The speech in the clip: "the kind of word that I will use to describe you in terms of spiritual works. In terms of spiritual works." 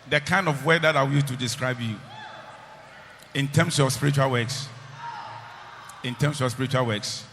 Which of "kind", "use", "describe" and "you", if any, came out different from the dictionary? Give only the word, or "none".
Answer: use